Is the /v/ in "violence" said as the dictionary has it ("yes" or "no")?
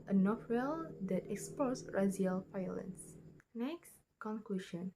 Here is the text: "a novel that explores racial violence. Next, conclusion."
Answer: no